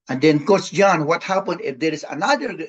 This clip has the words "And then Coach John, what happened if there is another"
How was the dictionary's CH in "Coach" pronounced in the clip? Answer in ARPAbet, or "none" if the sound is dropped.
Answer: S